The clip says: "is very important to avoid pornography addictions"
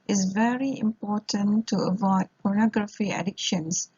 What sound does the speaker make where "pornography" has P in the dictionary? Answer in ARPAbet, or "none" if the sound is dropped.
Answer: P